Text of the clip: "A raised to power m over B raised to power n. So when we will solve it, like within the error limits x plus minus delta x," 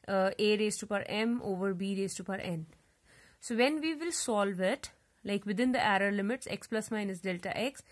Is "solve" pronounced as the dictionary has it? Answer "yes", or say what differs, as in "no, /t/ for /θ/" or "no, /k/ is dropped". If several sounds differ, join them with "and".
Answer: yes